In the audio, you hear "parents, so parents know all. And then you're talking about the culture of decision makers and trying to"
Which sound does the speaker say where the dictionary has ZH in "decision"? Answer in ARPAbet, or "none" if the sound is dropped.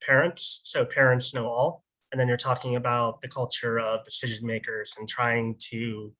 ZH